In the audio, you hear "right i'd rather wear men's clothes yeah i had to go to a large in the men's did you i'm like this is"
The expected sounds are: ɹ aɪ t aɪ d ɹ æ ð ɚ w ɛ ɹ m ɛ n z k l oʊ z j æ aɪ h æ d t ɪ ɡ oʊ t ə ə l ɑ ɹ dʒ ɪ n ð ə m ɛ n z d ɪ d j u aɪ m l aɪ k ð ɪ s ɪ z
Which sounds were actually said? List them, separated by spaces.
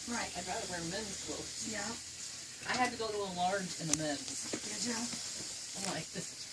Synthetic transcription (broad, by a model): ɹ aɪ t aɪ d ɹ æ ð ɚ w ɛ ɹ m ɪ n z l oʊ j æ aɪ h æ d t ɪ ɡ oʊ t ə ə l ɑ ɹ dʒ ɪ n ð ə m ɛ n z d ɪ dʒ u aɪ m l aɪ k ð ɪ s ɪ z